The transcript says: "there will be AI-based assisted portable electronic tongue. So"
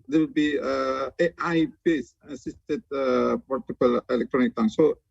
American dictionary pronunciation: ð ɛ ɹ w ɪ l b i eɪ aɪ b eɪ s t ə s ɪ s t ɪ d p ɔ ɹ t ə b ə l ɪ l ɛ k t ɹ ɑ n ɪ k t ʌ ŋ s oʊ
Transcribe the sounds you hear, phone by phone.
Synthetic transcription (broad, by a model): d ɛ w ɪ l b i eɪ aɪ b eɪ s ə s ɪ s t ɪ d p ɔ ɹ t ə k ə l ɪ l ɛ k t ɹ ɑ n ɪ k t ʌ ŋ s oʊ